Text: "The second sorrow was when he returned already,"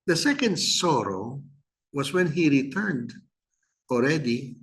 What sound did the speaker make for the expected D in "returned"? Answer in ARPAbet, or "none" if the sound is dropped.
D